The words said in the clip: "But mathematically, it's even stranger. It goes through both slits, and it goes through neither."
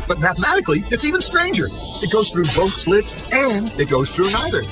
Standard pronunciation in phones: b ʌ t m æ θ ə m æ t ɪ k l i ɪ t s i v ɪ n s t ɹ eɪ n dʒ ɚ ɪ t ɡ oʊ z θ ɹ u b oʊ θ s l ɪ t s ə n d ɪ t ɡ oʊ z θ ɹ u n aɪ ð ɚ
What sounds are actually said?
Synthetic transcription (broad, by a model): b ʌ t m æ θ ə m æ t ɪ k l i ɪ t s i v ɪ n s t ɹ eɪ n dʒ ɚ ɪ t ɡ oʊ z θ ɹ u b oʊ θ s l ɪ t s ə n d ɪ t ɡ oʊ z θ ɹ u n aɪ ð ɚ